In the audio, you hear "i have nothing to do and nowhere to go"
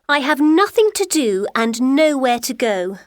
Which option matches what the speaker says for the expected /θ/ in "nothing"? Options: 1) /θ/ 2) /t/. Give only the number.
1